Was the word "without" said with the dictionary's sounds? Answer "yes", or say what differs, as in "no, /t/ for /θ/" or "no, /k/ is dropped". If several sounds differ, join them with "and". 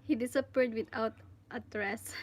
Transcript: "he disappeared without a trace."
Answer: no, /t/ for /θ/